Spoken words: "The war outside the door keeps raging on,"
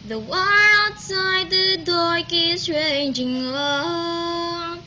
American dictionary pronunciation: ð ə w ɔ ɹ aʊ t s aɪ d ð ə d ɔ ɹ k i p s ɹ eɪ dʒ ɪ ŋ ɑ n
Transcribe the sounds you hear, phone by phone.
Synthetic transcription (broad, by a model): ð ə w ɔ l aʊ t s aɪ d ð ə d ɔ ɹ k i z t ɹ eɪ dʒ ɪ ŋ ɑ